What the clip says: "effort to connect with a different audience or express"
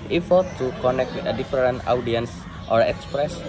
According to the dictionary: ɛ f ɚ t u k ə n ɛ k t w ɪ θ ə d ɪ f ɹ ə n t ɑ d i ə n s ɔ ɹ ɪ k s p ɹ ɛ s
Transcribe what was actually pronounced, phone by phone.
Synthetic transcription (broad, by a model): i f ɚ t u k ə n ɛ k t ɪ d ə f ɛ ɹ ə n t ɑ d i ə n s ɔ ɹ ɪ k s p ɹ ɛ s